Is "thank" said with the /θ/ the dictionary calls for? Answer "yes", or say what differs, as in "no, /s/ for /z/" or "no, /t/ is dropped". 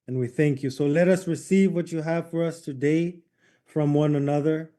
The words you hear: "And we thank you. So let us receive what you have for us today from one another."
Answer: yes